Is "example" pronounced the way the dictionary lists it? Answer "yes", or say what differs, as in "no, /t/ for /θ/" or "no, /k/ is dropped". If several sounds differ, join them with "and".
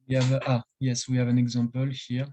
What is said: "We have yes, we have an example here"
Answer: no, /m/ is dropped